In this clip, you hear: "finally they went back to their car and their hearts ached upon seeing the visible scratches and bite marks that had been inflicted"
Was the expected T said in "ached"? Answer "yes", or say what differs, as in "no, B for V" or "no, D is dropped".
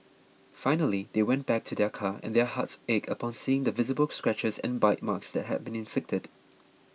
no, T is dropped